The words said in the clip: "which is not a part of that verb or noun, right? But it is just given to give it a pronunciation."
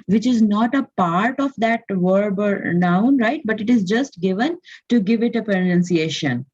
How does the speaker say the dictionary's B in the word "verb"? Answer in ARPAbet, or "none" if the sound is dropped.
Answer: B